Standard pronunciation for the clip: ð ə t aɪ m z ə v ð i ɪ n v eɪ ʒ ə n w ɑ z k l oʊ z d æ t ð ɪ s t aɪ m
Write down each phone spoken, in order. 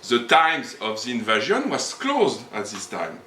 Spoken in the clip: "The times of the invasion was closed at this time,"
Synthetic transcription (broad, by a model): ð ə t aɪ m z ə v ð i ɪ n v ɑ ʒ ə n w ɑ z k l oʊ z d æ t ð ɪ s t aɪ m